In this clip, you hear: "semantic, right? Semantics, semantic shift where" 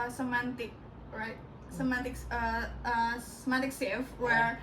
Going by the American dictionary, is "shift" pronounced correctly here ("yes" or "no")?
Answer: no